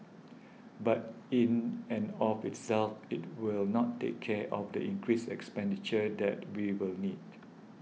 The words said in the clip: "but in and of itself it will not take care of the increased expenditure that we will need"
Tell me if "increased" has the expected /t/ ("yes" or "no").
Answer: no